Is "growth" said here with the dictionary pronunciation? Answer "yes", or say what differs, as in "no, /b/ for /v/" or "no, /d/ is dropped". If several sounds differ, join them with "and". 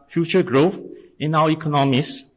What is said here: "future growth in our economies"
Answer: yes